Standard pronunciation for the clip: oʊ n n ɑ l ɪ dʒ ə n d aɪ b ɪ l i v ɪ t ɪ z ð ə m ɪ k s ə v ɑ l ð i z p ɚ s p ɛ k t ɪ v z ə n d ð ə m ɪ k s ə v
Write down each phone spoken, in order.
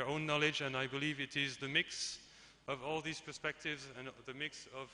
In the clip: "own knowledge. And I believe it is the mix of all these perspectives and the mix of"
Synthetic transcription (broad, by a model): oʊ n n ɑ l ɪ dʒ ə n aɪ b ɪ l i v ɪ t ɪ z ð ə m ɪ k s ə v ɑ l ð i z p ɚ s p ɛ k t ɪ v z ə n ð ə m ɪ k s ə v